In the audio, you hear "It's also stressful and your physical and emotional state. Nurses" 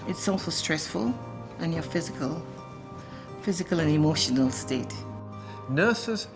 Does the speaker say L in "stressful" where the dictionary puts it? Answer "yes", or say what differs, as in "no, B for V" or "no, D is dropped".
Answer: yes